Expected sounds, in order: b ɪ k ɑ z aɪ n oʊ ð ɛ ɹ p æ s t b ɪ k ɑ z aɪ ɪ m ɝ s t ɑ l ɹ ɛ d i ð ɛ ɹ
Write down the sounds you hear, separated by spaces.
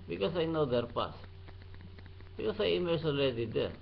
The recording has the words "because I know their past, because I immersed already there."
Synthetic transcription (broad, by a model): b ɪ k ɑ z aɪ n oʊ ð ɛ ɹ p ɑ s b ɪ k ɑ s aɪ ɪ m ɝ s ɑ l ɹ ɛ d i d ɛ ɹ